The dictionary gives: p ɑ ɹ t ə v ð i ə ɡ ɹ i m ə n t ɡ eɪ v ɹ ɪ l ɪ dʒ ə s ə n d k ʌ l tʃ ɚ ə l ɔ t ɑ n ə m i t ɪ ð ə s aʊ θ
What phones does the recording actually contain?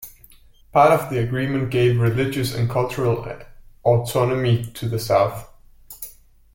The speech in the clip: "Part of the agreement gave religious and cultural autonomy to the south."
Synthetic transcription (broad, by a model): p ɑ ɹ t ə v ð i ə ɡ ɹ i m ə n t ɡ eɪ v ɹ ɪ l ɪ dʒ ə s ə n k ʌ l tʃ ɚ ə l ɔ t ɑ n ə m i t ɪ ð ə s aʊ θ